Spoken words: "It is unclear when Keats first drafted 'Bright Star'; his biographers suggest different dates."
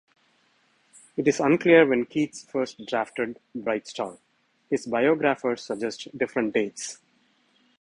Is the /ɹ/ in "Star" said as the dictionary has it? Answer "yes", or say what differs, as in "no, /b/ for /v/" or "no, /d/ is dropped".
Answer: no, /l/ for /ɹ/